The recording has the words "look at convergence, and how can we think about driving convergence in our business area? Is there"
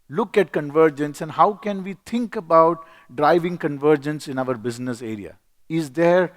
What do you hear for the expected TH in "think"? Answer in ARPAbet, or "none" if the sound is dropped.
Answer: T